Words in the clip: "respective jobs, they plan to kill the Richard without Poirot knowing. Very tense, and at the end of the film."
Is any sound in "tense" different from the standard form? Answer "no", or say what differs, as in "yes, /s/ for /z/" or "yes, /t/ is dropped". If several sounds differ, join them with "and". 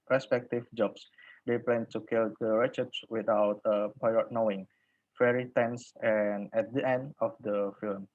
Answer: no